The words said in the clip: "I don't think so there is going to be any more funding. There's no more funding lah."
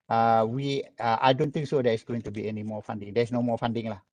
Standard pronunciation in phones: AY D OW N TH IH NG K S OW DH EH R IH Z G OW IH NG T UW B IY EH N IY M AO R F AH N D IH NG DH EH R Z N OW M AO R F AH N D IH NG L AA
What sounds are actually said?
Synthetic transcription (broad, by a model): AY D OW N T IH NG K S OW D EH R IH S G OW IH NG T UW B IY EH N IY M AO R F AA N D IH NG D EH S N OW M AO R F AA N D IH NG L AA